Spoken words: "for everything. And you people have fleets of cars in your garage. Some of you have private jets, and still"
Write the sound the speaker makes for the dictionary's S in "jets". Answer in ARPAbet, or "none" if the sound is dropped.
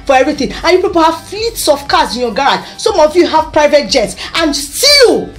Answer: S